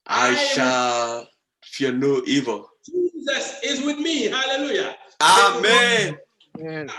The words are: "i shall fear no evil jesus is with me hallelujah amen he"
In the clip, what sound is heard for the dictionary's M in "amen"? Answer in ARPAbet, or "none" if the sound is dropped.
M